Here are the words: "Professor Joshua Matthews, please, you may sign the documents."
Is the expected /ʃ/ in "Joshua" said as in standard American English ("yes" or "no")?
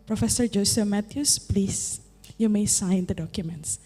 no